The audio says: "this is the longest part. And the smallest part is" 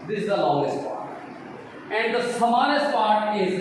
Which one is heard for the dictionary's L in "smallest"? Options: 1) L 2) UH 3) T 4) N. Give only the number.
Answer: 4